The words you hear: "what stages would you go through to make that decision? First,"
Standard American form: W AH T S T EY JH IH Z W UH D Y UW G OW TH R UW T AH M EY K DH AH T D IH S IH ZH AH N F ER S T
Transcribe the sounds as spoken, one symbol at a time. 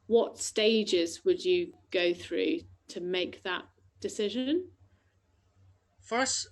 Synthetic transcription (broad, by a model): W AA T S T EY JH IH Z W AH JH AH G OW TH R UW T AH M EY K DH AH T D IH S IH ZH AH N F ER S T